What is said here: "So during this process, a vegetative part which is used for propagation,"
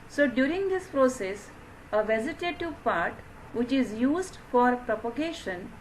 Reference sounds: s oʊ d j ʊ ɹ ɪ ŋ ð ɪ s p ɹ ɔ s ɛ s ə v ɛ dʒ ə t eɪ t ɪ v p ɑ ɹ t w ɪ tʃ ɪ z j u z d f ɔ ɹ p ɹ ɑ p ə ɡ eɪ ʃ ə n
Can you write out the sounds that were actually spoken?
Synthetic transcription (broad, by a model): s oʊ d j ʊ ɹ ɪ ŋ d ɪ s p ɹ ɔ s ɛ s ə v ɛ z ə t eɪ t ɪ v p ɑ ɹ t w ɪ tʃ ɪ z j u z d f ɔ ɹ p ɹ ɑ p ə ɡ eɪ ʃ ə n